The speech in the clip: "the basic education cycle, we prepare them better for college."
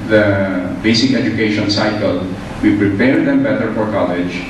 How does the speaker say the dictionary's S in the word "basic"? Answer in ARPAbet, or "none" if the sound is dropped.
S